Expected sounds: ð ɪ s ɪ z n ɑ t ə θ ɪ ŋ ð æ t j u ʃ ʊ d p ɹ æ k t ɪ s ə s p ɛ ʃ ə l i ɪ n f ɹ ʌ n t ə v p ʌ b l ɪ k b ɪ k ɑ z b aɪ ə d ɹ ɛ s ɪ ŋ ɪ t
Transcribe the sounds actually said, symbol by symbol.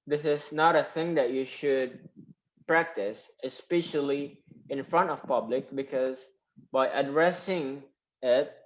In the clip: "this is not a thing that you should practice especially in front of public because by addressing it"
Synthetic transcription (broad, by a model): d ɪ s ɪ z n ɑ t ə θ ɪ ŋ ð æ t j u ʃ ʊ d p ɹ æ k t ɪ s ə s p ɛ ʃ ə l i ɪ n f ɹ ʌ n t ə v p ʌ b l ɪ k b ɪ k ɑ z b aɪ ə d ɹ ɛ s ɪ ŋ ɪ t